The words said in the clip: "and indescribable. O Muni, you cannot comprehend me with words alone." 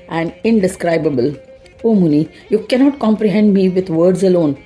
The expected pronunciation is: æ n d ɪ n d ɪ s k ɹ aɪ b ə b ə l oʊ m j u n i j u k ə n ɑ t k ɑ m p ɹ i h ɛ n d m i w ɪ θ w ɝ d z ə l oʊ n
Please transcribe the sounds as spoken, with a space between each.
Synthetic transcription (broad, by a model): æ n d ɪ n d ɪ s k ɹ aɪ b ə b ə l oʊ m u n i j u k ə n ɑ t k ɑ m p ɹ i h ɛ n d m i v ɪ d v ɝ d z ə l oʊ n